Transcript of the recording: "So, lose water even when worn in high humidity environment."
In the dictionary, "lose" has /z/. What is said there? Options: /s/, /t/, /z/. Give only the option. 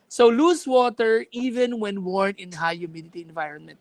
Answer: /s/